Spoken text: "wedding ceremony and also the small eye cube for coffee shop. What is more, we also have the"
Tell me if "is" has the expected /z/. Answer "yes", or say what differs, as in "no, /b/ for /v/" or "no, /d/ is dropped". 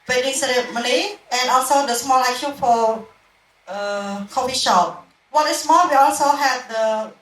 no, /s/ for /z/